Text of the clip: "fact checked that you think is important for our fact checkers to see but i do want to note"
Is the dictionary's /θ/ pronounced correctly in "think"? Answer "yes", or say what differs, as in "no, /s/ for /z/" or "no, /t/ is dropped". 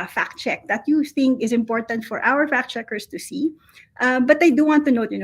yes